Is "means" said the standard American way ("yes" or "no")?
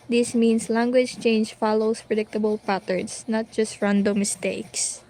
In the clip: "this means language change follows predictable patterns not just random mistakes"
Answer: no